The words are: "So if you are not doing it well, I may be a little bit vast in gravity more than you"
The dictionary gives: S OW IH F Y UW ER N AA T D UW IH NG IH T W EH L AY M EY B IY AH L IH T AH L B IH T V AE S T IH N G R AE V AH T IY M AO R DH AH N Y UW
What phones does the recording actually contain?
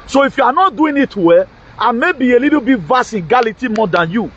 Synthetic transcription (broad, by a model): S OW IH F Y UW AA N AA T D UW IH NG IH T W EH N M EY B IY AH L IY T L B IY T V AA S IH N G AA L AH T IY M AO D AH N Y UW